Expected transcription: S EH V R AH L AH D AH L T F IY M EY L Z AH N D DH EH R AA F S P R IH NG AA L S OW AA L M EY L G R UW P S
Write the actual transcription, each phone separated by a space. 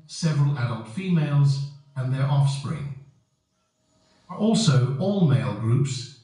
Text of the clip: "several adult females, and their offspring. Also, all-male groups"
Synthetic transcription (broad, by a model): S EH V R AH L AH D AH L T F IY M EY L Z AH N DH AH R AA F S P R IH NG AA L S OW AA L M EY L G R UW P S